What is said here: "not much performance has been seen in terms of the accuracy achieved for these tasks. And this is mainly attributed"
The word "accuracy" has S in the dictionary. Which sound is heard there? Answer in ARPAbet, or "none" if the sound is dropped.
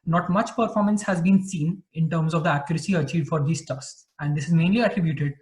S